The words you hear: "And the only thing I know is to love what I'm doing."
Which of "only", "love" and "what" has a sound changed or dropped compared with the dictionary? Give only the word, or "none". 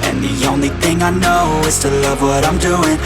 none